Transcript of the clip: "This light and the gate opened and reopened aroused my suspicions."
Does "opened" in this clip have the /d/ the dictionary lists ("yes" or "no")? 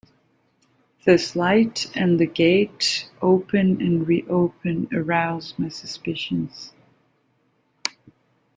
no